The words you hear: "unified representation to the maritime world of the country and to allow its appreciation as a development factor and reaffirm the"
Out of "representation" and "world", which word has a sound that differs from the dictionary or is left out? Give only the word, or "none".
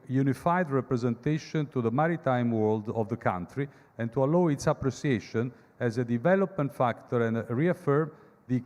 none